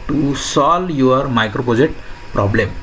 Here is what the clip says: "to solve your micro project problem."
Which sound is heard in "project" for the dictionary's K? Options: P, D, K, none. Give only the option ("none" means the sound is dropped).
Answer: none